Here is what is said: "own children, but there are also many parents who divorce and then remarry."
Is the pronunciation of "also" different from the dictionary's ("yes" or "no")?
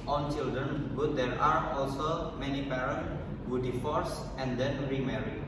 no